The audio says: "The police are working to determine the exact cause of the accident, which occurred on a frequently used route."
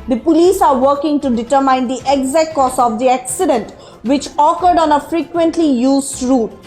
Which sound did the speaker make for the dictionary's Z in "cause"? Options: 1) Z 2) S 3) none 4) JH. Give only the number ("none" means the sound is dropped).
2